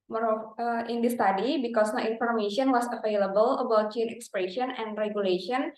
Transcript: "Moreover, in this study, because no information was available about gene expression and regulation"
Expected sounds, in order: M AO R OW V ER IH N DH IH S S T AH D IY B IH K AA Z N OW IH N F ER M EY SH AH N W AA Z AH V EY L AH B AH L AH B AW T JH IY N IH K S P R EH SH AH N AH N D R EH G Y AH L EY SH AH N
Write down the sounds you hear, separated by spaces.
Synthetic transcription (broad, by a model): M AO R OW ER IH N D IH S S T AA D IY B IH K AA S N OW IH N F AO M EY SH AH N W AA S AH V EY L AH B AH L AH B AW T CH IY N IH K S P R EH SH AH N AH N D R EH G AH L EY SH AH N